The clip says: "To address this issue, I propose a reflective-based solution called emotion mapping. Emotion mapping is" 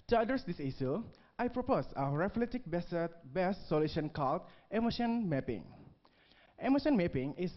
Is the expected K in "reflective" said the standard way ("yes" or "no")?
no